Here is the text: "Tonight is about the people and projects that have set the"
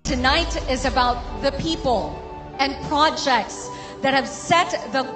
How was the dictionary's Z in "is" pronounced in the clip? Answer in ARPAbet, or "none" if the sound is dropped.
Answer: Z